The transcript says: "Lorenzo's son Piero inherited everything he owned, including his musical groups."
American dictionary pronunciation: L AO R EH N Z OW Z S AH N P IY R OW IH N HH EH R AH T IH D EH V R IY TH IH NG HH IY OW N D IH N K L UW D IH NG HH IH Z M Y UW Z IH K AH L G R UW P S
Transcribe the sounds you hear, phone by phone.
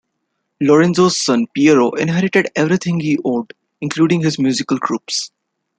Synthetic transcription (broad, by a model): L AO R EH N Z OW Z S AH N P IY R OW IH N HH EH R AH T IH D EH V R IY T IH NG HH IY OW D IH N K L UW D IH NG HH IH Z M Y UW Z IH K AH L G R UW P S